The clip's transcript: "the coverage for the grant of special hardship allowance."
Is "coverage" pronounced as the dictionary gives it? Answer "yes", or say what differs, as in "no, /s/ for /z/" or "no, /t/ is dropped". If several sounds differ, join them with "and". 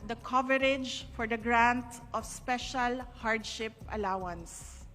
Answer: yes